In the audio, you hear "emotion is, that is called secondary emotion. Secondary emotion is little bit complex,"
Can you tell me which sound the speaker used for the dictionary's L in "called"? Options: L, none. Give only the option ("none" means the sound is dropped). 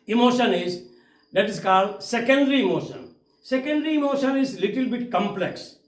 L